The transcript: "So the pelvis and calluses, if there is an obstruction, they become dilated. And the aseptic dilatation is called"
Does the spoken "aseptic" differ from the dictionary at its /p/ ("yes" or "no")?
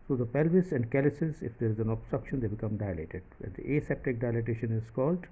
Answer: no